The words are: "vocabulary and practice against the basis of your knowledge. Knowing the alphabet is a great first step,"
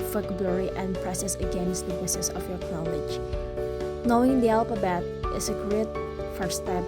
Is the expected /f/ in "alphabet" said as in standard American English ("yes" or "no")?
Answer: no